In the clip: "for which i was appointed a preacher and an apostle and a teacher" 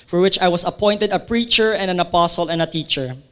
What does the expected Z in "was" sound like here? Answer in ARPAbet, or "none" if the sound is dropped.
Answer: S